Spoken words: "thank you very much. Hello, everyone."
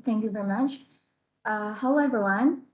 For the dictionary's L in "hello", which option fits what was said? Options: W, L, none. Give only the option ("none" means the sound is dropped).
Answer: none